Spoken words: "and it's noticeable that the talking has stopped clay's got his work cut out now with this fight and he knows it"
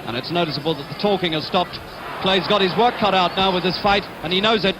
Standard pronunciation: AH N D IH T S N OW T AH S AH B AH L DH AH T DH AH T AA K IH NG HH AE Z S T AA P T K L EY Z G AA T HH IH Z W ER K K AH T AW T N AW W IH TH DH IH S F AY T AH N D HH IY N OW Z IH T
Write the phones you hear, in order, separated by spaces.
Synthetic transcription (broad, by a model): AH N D IH T S N OW T AH S AH B AH L DH AH T DH AH T AA K IH NG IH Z S T AA P T K L EY Z G AA T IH Z W ER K K AH T AW T N AW W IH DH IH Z F AY T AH N IY N OW Z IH T